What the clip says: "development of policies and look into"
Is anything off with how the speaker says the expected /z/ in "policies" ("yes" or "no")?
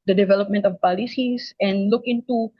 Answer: yes